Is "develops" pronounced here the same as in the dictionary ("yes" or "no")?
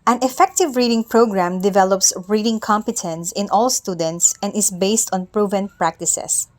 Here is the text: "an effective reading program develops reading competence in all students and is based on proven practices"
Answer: yes